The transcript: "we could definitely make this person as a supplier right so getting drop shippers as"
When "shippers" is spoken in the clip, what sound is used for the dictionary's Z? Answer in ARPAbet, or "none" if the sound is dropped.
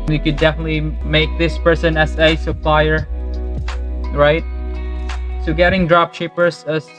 S